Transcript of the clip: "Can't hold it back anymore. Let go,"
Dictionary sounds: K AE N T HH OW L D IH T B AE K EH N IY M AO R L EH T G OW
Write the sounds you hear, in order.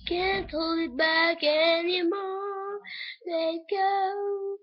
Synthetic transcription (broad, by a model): K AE N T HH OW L IH T B AE K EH N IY M AO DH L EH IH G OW